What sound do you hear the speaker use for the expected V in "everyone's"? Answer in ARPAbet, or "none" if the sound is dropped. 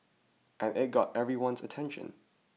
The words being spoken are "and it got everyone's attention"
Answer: V